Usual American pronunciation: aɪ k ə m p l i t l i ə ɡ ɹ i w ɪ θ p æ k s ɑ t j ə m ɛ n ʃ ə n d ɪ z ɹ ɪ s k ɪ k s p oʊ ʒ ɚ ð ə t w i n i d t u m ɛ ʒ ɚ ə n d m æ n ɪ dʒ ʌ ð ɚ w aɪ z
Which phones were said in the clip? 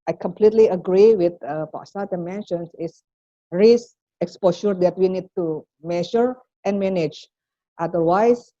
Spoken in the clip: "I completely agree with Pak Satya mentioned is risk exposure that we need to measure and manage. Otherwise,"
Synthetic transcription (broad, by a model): aɪ k ə m p l i t l i ə ɡ ɹ i w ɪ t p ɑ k s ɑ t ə m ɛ n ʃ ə n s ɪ s ɹ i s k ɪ k s p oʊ ʃ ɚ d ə t w i n i d t u m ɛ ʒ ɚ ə n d m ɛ n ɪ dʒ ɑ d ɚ w aɪ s